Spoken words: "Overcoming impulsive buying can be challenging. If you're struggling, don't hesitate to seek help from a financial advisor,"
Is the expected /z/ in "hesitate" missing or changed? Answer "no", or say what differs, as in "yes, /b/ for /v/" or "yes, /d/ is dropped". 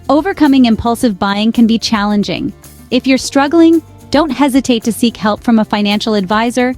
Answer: no